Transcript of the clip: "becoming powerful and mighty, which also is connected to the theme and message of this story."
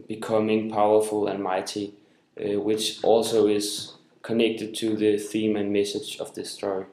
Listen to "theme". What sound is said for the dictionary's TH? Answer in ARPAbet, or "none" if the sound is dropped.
TH